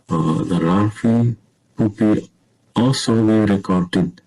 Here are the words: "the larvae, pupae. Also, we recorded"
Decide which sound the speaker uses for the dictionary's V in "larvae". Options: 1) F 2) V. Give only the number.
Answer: 1